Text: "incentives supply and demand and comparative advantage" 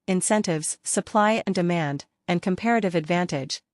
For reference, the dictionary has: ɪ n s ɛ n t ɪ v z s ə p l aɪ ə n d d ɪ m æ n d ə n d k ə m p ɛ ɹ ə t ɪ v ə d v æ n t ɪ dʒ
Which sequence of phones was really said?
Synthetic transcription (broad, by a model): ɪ n s ɛ n t ɪ v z s ə p l aɪ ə n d d ɪ m æ n d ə n k ə m p ɛ ɹ ə t ɪ v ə d v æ n t ɪ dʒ